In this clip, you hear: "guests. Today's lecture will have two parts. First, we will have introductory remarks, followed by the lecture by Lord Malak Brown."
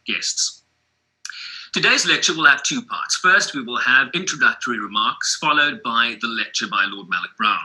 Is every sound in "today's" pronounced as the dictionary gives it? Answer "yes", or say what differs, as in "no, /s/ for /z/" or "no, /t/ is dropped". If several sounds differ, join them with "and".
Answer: yes